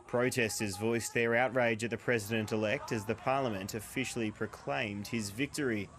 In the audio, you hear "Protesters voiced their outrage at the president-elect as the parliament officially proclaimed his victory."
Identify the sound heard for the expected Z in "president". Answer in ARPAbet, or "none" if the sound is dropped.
Z